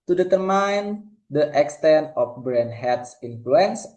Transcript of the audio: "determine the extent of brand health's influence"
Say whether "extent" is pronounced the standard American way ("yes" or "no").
yes